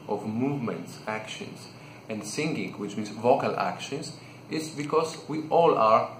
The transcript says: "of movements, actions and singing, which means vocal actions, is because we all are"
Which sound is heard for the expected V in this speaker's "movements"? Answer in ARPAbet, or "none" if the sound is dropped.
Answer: V